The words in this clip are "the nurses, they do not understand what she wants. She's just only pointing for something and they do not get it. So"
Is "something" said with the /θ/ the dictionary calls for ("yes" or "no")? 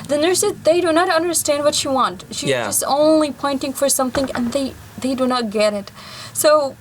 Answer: yes